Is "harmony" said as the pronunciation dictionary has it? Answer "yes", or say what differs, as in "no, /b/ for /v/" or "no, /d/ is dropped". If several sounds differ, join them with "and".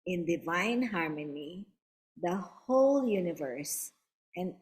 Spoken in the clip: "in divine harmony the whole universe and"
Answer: yes